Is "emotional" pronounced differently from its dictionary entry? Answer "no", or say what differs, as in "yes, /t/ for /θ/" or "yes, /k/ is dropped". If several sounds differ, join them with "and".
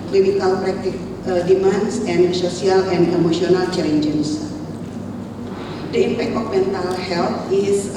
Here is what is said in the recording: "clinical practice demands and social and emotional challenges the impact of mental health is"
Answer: yes, /s/ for /ʃ/